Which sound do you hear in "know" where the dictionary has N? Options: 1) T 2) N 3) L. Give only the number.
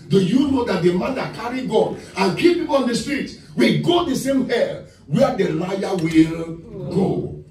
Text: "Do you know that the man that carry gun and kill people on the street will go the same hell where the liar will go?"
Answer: 2